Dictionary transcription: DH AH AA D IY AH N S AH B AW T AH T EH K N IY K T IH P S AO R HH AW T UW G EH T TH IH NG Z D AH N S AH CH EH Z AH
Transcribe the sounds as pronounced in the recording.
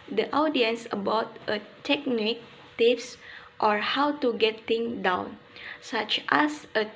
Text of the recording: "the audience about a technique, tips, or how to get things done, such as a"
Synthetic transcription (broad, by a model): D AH AA D IY AH N S AH B AW T AH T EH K N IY K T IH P S AO R HH AW T UW G EH T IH NG D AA N S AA CH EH S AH